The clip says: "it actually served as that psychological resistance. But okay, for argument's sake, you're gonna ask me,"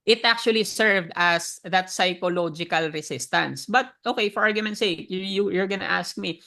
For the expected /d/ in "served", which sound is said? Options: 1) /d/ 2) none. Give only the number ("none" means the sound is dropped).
1